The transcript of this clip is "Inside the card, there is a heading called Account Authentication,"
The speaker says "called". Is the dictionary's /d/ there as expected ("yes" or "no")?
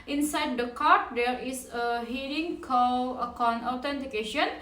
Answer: no